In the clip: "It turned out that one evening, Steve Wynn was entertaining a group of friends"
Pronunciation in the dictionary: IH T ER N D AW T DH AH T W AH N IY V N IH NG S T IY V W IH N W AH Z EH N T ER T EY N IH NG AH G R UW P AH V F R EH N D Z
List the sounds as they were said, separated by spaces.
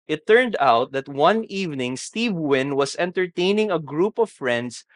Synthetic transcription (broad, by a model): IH T ER N D AW T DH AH T W AH N IY V N IH NG S T IY V W IH N W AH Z EH N T ER T EY N IH NG AH G R UW P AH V F R EH N D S